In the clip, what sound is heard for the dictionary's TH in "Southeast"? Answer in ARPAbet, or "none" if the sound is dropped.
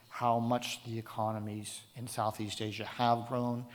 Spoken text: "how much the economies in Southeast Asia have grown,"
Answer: TH